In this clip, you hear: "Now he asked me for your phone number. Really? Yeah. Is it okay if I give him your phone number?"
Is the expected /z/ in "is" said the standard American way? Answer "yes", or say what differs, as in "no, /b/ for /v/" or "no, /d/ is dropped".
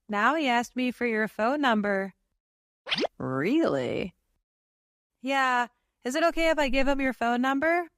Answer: yes